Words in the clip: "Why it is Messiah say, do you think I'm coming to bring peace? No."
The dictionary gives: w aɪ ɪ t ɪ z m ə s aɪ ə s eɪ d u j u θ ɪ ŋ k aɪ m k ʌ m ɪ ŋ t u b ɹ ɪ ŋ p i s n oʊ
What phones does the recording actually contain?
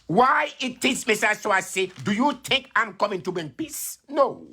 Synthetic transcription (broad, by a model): w aɪ ɪ t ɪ s m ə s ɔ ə s eɪ d u j u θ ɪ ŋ k aɪ m k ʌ m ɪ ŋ t u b ɪ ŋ p i s n oʊ